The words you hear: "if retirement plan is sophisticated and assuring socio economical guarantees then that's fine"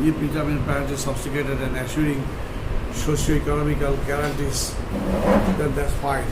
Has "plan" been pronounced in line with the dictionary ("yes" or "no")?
no